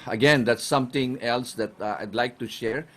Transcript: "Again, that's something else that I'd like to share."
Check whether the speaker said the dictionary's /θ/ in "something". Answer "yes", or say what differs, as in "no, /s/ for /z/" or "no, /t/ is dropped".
no, /t/ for /θ/